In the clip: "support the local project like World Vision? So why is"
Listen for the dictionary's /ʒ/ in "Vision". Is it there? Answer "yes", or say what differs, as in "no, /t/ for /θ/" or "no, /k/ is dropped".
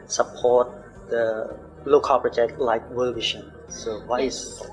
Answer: no, /ʃ/ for /ʒ/